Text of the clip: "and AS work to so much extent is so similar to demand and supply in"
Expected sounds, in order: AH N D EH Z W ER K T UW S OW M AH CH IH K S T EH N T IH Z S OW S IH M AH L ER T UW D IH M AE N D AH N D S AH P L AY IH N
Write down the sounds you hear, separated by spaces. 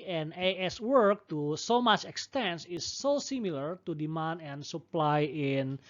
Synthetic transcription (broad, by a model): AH N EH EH S W ER K T UW S OW M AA CH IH K S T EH N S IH S OW S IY M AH L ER T UW D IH M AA N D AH N S AH P L AY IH N